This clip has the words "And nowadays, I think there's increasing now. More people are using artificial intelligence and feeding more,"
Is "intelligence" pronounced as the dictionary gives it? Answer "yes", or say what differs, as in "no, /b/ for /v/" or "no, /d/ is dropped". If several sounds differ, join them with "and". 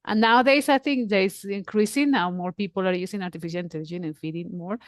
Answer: no, /s/ is dropped